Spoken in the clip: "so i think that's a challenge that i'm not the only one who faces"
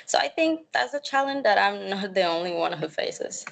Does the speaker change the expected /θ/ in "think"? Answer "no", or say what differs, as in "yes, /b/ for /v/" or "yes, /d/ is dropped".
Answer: no